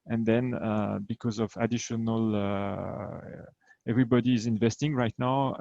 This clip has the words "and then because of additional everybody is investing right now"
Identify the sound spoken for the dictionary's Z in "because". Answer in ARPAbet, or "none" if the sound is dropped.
Z